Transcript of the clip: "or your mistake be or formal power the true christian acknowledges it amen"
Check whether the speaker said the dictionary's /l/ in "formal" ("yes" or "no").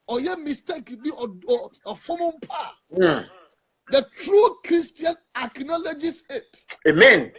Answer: no